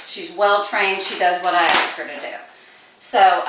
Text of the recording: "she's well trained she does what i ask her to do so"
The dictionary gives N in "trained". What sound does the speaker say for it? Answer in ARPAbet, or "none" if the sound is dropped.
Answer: N